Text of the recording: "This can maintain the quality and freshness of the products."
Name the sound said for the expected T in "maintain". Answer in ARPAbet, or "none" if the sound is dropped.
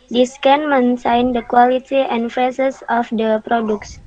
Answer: S